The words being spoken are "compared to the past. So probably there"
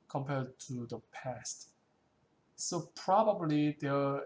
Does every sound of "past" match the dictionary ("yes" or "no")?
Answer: yes